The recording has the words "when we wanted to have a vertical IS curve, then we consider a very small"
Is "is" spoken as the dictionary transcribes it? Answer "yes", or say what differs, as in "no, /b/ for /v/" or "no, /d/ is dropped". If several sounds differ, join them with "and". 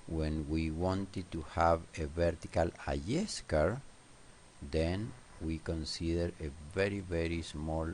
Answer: no, /s/ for /z/